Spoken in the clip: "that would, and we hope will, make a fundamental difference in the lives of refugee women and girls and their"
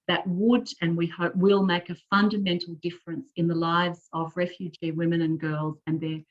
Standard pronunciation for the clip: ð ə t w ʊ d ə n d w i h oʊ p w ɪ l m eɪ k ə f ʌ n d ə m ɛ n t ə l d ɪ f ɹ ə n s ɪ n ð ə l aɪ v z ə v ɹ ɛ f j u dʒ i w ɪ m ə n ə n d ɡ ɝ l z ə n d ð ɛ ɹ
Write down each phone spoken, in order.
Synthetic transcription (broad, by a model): ð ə t w ʊ d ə n w i h oʊ p w ɪ l m eɪ k ə f ʌ n d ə m ɛ n t l d ɪ f ɹ ə n s ɪ n ð ə l aɪ v z ə v ɹ ɛ f j u dʒ i w ɪ m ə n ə n ɡ ɝ l z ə n ð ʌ ɹ